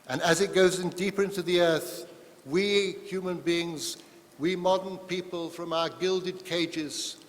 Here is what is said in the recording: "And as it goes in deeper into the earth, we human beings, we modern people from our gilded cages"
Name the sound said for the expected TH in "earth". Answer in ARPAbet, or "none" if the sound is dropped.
TH